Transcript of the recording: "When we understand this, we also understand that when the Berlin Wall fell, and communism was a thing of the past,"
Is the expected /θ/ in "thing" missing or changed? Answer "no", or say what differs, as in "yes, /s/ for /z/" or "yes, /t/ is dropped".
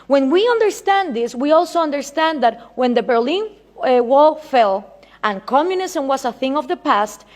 no